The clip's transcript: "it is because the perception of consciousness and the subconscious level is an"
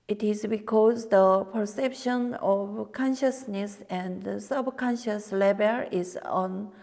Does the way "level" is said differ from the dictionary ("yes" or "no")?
yes